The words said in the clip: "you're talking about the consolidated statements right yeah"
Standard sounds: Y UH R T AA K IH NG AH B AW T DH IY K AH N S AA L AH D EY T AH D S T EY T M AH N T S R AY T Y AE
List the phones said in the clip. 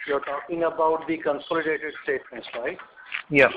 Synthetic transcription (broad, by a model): Y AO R T AA K IH NG AH B AW T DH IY K AH N S AA L AH D EY T AH D S T EY T M AH N T S L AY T Y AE